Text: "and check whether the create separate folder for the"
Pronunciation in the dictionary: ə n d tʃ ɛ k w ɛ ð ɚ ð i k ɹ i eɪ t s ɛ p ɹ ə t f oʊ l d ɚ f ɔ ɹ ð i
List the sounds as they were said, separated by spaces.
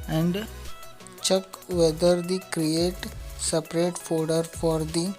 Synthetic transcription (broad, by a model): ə n d tʃ ɛ k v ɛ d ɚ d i k ɹ i eɪ t s ɛ p ɹ ə t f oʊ d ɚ f ɔ ɹ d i